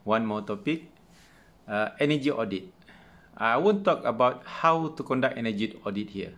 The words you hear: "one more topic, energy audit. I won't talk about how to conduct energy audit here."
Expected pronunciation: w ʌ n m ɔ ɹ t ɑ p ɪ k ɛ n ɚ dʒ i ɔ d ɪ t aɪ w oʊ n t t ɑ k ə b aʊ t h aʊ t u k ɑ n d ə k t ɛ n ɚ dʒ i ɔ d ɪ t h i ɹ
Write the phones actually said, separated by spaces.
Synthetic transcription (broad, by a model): w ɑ n m ɔ t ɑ p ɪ k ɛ n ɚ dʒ i ɔ d ɪ t aɪ w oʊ n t t ɑ k ə b aʊ t h aʊ t u k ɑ n d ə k ɛ n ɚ dʒ i ɔ d ɪ t h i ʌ